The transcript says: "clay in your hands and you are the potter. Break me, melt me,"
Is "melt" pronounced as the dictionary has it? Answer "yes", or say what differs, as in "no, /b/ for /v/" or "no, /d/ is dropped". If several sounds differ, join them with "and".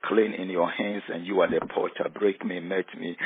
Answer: no, /l/ is dropped